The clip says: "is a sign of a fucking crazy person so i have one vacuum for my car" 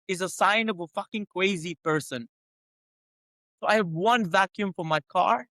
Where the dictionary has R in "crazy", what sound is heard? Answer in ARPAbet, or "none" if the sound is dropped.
W